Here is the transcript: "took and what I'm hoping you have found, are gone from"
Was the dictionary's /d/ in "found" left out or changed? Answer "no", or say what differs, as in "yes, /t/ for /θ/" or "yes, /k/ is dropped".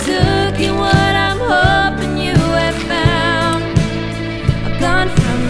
yes, /d/ is dropped